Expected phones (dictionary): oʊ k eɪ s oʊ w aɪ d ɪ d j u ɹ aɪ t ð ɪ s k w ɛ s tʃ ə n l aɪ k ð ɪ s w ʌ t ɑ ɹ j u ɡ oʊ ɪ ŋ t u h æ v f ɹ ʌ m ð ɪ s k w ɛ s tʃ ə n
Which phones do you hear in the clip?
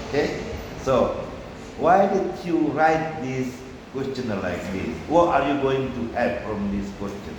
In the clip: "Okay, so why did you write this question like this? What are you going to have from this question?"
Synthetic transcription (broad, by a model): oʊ k eɪ s oʊ w aɪ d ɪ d j u ɹ aɪ t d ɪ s k w ɛ s tʃ ə n l aɪ k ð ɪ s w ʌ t ɑ ɹ j u ɡ oʊ ɪ ŋ t u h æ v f ɹ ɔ m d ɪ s k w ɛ s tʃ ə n